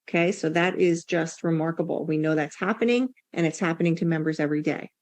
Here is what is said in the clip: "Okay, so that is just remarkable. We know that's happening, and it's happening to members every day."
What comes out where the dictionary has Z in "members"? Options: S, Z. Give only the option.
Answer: Z